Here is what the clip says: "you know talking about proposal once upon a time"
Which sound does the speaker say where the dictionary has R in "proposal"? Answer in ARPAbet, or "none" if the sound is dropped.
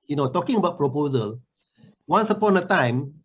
R